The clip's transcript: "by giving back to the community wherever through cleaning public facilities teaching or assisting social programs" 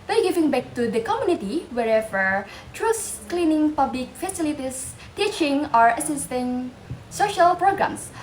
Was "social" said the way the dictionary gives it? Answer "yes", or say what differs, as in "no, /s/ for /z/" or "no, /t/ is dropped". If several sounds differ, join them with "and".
yes